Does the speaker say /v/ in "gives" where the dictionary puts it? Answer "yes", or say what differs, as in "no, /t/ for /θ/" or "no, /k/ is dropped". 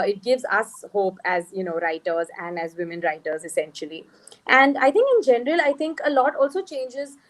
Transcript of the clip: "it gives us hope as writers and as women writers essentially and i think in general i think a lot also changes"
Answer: yes